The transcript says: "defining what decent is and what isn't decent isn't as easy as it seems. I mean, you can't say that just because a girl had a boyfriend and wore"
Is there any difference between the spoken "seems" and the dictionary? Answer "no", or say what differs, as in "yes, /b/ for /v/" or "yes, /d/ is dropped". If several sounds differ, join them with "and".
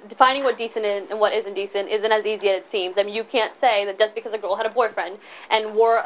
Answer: no